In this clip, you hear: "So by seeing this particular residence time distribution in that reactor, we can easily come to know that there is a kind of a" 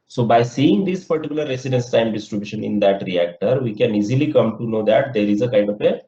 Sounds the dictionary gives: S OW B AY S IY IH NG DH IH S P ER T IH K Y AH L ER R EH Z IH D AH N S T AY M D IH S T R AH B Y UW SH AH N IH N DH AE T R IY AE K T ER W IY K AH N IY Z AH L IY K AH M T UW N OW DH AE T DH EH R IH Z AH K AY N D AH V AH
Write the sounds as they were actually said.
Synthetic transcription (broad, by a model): S OW B AY S IY IH NG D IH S P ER T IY K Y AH L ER R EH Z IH D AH N S T AY M D IH S T R AH B Y UW SH AH N IH N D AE T R IY AE K T ER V IY K AH N IY Z AH L IY K AH M T UW N OW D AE T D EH R IH Z AH K AY N D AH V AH